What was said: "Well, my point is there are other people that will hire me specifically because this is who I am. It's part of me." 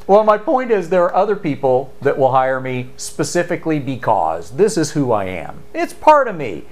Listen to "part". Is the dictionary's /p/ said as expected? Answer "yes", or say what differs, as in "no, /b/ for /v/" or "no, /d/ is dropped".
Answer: yes